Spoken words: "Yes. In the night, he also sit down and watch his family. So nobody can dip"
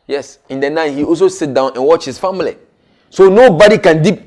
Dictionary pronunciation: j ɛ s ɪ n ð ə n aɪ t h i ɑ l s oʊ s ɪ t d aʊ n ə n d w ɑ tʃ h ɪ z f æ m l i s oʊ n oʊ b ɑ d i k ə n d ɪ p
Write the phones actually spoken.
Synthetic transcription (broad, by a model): j ɛ s ɪ n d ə n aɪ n h i ɑ l s oʊ s ɪ t d aʊ n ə n w ɑ tʃ h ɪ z f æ m l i s oʊ n oʊ b ɑ d i k ə n d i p